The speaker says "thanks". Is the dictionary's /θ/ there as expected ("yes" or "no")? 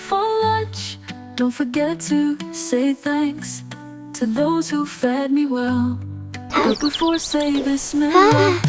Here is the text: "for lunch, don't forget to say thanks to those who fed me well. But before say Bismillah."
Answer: yes